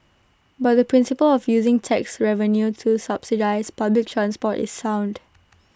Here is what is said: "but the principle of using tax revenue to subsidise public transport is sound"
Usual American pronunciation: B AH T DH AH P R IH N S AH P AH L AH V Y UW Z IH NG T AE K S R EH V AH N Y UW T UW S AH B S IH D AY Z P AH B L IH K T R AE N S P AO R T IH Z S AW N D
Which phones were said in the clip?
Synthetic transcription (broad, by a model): B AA T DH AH P R IH N S AH P AH L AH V Y UW Z IH NG T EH K S R EH V AH N Y UW T UW S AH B S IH D AY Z P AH B L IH K T R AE N S P AO T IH S AW N D